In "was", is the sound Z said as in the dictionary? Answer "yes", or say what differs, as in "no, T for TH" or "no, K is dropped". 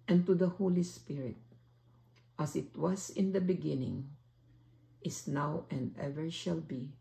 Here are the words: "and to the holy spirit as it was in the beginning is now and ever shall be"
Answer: no, S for Z